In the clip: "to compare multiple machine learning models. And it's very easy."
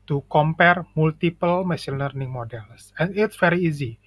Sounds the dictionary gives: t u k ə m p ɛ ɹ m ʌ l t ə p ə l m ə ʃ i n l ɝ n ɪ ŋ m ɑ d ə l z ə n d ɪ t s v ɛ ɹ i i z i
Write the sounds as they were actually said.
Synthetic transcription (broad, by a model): t u k ə m p ɛ ɹ m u l t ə p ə l m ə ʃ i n l ɝ n ɪ ŋ m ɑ d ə l s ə n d ɪ t s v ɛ ɹ i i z i